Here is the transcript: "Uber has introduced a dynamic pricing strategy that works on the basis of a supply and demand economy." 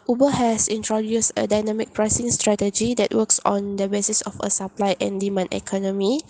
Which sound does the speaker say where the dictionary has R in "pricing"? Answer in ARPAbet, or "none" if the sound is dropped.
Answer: R